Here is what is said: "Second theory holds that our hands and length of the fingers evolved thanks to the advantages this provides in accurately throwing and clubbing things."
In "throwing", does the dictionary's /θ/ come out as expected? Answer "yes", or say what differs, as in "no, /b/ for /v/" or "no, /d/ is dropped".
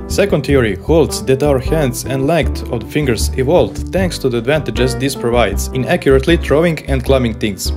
no, /t/ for /θ/